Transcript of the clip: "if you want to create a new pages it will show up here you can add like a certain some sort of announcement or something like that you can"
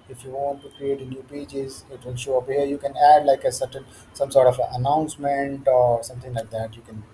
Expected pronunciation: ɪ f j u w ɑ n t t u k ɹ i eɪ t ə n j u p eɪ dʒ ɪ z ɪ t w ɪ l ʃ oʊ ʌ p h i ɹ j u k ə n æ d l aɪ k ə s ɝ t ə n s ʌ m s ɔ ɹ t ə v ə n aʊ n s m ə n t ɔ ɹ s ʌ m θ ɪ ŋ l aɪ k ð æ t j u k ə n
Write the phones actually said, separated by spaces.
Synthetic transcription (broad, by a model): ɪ f j u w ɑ n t t u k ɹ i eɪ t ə n j u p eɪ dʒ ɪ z ɪ t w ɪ l ʃ oʊ ʌ p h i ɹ j u k ə n æ d l aɪ k ə s ɝ t ə n s ʌ m s ɔ ɹ t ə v ə n aʊ n s m ə n t ɔ ɹ s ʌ m t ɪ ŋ l aɪ k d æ t j u k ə n